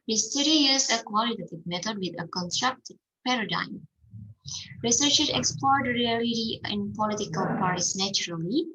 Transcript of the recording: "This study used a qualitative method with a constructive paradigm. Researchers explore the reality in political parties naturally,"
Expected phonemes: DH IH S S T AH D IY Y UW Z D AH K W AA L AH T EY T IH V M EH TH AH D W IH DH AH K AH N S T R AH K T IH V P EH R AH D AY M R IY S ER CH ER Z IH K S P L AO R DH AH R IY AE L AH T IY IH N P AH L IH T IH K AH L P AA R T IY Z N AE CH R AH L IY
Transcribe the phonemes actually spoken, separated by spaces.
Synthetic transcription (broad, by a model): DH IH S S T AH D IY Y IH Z AH K W AA L AH T EY T IH V M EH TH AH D W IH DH AH K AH N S T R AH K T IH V P EH R AH D AY M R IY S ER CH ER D IH K S P L AO R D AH R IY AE L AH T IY IH N P AH L IH T IH K AH L P AA R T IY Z N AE CH R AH L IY